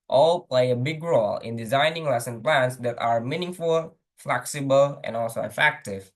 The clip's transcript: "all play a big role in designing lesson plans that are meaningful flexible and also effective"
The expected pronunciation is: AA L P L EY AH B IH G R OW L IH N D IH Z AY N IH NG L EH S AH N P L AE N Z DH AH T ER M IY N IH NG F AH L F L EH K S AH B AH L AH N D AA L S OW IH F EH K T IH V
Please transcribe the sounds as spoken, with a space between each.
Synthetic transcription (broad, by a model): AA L P L EY AH B IH G R OW L IH N D IH Z AY N IH NG L EH S AH N P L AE N S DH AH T ER M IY N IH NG F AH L F L EH K S AH B AH L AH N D AA L S OW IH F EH K T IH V